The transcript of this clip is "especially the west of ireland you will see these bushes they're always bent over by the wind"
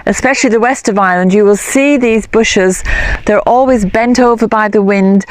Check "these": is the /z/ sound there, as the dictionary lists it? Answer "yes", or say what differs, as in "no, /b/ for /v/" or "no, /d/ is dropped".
yes